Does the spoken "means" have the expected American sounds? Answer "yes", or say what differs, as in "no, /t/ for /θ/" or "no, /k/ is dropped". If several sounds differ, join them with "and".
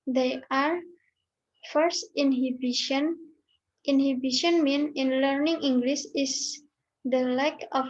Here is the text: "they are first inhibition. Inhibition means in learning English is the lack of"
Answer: no, /z/ is dropped